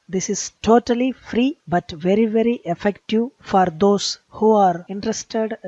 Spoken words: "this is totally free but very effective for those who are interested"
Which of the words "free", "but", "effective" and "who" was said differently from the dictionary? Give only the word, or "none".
none